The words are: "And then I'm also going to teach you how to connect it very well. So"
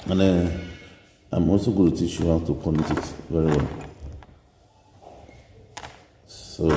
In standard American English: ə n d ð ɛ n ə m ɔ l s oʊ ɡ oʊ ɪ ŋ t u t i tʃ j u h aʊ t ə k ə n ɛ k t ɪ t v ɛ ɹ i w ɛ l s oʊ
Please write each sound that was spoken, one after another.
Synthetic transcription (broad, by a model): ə n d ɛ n ə m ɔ s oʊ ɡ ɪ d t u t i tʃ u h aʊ t ə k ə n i t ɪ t v ɛ ɹ i w ɛ l s oʊ